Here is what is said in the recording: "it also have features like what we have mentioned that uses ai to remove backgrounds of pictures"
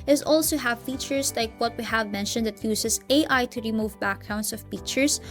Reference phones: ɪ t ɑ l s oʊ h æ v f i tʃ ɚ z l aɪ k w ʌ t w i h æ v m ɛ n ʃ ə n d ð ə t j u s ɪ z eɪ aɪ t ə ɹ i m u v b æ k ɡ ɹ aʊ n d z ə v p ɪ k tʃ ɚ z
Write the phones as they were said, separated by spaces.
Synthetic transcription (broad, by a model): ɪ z ɑ l s oʊ h æ v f i tʃ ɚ s l aɪ k w ʌ t w i h æ v m ɛ n ʃ ə n d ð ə t j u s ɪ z eɪ aɪ t ə ɹ i m u v b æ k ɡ ɹ aʊ n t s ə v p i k tʃ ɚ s